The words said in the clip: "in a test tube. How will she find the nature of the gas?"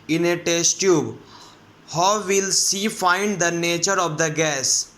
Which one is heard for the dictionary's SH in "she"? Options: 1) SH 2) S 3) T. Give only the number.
2